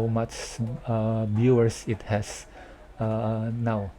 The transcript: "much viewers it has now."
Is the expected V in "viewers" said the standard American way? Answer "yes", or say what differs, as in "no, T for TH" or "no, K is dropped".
no, B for V